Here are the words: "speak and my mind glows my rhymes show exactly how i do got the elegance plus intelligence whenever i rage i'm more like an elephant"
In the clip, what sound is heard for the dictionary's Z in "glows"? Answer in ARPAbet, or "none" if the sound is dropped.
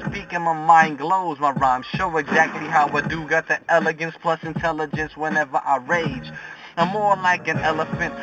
Z